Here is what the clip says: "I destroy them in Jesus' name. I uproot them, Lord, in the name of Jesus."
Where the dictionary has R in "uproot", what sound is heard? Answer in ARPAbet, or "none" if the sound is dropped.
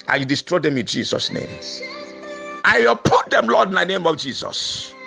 none